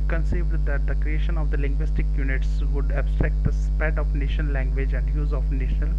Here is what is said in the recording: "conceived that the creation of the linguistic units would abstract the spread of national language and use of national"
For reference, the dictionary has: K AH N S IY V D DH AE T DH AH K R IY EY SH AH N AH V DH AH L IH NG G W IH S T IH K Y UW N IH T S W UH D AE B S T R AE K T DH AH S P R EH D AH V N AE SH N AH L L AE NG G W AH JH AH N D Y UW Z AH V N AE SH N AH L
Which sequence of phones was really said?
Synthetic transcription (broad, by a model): K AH N S IY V D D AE T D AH K R IY EY SH AH N AH V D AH L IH NG G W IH S T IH K Y UW N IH T S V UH D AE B S T R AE K T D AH S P EH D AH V N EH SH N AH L L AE NG G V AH JH AH N D Y UW Z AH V N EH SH N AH L